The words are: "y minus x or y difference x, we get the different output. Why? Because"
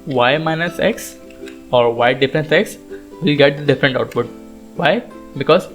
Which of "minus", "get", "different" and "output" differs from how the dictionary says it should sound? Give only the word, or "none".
none